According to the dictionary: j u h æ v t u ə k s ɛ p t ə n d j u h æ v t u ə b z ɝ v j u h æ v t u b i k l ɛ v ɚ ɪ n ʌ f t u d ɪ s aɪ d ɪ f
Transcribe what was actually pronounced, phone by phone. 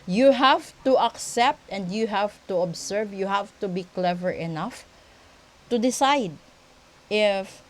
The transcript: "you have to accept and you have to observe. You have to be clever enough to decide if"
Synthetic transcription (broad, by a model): j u h æ v t u ə k s ɛ p t ə n d j u h æ v t u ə b s ɝ v j u h æ v t u b i k l ɛ v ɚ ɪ n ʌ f t u d ɪ s aɪ d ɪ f